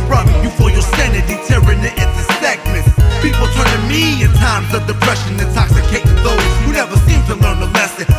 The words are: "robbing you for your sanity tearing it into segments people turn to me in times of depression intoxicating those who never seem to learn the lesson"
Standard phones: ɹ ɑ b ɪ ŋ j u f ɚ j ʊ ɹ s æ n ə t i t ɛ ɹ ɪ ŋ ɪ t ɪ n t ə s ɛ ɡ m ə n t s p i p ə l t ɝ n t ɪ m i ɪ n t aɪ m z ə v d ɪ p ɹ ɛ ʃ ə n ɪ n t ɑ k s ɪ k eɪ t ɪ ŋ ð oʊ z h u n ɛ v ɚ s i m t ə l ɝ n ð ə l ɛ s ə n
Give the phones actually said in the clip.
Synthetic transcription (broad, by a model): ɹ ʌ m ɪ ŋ j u f ɚ j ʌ ɹ s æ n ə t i t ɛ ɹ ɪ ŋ ɪ t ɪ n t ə s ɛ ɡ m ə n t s p i p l t ɝ n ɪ m i ɪ n t aɪ m z ə v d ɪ p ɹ ɛ ʃ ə n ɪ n t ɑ k s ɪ k eɪ ɪ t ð oʊ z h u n ɛ v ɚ s i m t ə l ɝ n ð ə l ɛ s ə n